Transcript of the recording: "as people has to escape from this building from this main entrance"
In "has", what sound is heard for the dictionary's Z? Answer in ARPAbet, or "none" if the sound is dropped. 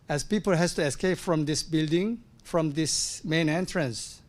S